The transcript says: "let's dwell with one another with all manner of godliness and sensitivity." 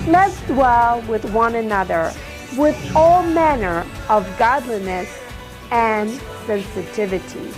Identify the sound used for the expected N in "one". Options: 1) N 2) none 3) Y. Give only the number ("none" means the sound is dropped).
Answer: 1